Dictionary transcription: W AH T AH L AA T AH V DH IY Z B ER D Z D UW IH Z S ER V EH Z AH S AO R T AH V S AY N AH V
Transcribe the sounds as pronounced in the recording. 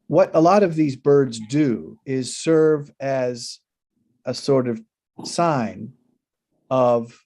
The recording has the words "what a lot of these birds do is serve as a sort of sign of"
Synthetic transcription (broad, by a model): W AH T AH L AA T AH V DH IY Z B ER D Z D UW IH Z S ER V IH Z AH S AO R T AH V S AY N AH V